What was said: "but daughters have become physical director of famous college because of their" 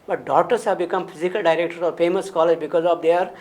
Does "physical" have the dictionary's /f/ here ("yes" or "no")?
no